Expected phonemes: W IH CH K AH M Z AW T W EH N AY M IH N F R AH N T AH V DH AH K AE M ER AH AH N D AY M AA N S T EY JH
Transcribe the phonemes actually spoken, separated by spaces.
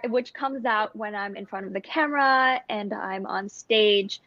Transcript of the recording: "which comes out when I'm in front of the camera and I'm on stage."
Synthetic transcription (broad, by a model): W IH CH K AH M Z AW T W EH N AY M IH N F R AH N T AH V DH AH K AE M ER AH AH N AY M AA N S T EY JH